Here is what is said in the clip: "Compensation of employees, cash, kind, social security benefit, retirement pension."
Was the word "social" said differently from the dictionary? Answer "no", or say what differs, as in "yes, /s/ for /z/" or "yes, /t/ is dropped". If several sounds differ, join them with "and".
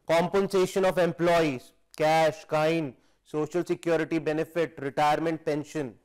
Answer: no